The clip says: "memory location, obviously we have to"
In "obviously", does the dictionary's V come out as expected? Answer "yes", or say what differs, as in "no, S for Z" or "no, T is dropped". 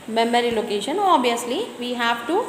no, V is dropped